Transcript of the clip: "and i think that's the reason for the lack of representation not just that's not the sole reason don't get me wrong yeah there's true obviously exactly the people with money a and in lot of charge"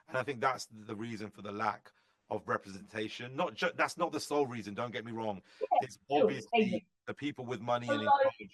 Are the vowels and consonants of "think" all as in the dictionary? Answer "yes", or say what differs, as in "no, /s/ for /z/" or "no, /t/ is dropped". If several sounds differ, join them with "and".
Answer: yes